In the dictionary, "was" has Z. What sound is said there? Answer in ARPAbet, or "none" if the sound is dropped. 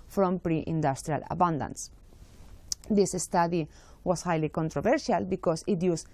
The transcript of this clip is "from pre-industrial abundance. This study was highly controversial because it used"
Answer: S